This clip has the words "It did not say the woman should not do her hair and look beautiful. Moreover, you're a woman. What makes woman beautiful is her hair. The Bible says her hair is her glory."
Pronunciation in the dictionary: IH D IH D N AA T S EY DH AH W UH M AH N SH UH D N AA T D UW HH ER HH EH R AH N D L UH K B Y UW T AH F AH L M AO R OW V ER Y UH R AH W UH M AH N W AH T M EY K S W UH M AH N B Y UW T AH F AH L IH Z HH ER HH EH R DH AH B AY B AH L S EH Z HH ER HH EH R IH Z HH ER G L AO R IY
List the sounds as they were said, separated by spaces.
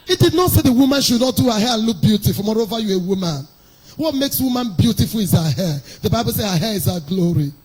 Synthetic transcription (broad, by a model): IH D IH D N AA T S EY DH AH W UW M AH N SH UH D N AA T D UW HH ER HH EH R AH N L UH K B Y UW T AH F AH L M AO R OW V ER Y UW AH W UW M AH N W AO T M EY K S W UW M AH N B Y UW T AH F AH L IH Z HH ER HH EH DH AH B AY B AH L S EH HH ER HH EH IH Z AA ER G L AO R IY